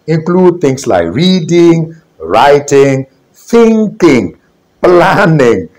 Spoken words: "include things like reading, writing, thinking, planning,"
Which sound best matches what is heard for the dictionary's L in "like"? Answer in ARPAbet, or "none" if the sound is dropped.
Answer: L